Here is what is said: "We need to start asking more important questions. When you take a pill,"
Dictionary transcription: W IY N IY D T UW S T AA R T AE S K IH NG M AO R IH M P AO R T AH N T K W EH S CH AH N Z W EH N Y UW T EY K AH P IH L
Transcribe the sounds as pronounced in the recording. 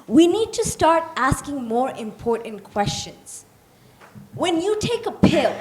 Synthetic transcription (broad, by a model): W IY N IY D T UW S T AA R T AE S K IH NG M AO R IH M P AO R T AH N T K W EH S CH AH N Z W EH N Y UW T EY K AH P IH L